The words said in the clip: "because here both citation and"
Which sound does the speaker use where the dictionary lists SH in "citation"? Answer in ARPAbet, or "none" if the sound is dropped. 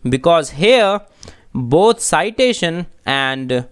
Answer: SH